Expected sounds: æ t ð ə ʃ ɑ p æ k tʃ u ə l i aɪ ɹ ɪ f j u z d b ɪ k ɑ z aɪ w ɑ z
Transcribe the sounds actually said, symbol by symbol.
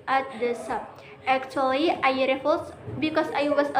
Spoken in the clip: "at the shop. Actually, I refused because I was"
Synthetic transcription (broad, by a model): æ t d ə s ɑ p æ k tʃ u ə l i aɪ ɹ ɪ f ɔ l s b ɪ k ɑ s aɪ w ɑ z